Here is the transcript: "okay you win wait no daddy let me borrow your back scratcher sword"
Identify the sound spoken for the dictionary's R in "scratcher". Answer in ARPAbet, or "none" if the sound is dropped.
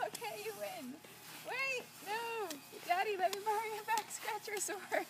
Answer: R